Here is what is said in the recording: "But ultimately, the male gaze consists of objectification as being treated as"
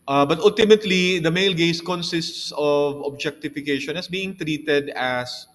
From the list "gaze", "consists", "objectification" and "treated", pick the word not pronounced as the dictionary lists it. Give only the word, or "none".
gaze